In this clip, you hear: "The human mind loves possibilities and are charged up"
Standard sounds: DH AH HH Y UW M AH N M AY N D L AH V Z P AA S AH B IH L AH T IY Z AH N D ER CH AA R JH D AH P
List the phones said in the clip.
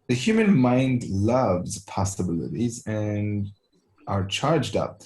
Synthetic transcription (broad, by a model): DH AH HH Y UW M AH N M AY N D L AH V Z P AA S AH B IH L AH T IY Z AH N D ER CH AA R JH D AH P